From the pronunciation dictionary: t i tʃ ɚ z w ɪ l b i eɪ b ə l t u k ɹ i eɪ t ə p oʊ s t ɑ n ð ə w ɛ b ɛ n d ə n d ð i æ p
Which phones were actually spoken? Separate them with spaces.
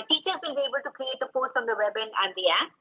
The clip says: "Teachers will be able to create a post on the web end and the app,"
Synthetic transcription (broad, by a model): t i tʃ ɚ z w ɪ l b i eɪ b ə l t u k ɹ i eɪ t ə p oʊ s t ɑ n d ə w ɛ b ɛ n ə n d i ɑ